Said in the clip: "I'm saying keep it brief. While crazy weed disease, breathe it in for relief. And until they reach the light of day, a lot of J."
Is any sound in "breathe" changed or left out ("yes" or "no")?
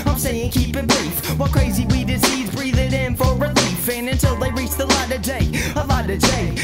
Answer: no